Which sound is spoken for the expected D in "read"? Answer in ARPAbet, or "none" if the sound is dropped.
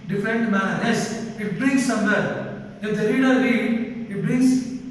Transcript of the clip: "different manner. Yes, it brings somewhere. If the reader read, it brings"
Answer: none